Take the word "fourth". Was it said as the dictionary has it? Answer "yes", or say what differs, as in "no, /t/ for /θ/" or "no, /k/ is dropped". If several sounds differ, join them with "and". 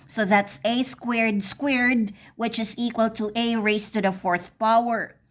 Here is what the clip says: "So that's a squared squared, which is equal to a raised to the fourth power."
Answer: yes